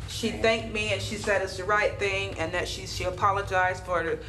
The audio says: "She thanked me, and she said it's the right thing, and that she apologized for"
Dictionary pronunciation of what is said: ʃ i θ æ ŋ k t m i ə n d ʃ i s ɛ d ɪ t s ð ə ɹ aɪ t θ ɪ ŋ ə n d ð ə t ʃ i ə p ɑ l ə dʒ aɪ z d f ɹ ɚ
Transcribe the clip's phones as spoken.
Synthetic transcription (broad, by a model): ʃ i θ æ ŋ k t m i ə n ʃ i s ɛ d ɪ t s ð ə ɹ aɪ t θ ɪ ŋ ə n ð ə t ʃ i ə p ɑ l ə dʒ aɪ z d f ɹ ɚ